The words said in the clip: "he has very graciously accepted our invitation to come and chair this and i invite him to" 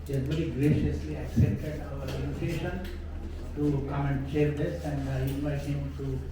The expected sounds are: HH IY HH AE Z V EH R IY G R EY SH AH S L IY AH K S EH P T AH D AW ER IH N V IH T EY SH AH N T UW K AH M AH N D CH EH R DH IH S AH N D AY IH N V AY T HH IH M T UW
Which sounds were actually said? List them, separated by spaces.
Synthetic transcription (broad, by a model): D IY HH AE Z V EH R IY G R EY SH AH S L IY AH K S EH P T AH D AW ER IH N IH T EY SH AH N T UW K AH M AH N D CH EH R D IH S AH N D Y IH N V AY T HH IH M T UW